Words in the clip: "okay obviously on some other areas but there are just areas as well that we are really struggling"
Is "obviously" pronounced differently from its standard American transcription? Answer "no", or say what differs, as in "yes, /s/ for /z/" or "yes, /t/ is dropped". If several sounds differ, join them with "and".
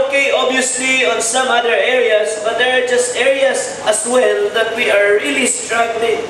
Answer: yes, /v/ is dropped